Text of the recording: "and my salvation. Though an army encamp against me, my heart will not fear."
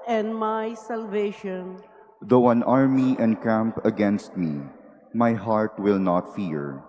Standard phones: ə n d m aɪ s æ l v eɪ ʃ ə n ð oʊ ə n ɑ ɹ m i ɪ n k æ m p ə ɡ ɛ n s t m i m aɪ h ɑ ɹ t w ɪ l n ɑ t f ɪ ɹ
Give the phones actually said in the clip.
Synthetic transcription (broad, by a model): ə n d m aɪ s æ l v eɪ ʃ ə n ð oʊ ə n ɑ ɹ m i ɪ n k æ m p ə ɡ ɛ n s t m i m aɪ h ɑ ɹ t w ɪ l n ɑ t f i ɹ